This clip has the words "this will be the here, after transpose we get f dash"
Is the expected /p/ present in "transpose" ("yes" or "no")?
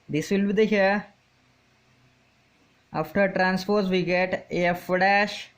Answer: no